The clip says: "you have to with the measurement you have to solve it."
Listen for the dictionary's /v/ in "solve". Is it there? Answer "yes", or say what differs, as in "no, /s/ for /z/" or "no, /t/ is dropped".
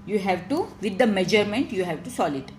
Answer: no, /v/ is dropped